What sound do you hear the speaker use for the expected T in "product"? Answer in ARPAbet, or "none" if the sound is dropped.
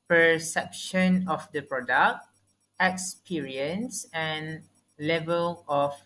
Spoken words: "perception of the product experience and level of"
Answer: T